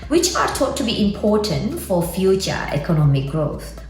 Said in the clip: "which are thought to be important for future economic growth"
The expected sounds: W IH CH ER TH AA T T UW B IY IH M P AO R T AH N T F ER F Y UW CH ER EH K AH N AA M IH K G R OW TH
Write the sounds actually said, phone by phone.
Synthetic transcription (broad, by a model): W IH CH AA T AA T T UW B IY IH M P AO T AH N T F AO F Y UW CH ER EH K AH N AA M IH K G R OW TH